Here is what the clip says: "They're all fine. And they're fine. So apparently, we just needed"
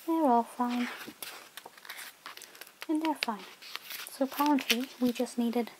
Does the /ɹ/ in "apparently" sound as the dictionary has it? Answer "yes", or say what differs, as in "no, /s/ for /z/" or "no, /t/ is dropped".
no, /l/ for /ɹ/